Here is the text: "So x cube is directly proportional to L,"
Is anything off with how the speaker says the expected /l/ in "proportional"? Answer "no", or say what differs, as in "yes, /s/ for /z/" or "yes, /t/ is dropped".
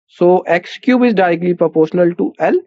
no